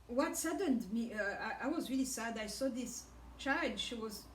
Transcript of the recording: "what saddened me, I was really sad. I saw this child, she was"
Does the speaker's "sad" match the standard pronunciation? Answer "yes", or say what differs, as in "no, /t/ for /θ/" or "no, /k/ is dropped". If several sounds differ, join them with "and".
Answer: yes